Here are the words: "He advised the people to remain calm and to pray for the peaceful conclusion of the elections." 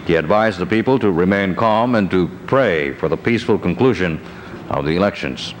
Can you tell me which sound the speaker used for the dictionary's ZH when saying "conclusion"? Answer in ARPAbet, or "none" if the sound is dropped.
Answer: ZH